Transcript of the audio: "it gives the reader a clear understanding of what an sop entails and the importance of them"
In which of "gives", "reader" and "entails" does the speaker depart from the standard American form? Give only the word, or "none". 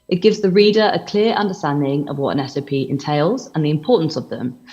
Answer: none